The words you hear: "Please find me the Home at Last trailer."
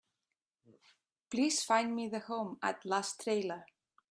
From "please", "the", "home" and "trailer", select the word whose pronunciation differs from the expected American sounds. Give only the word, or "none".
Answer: please